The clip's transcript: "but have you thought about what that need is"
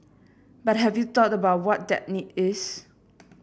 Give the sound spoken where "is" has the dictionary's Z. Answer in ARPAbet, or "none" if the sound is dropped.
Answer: S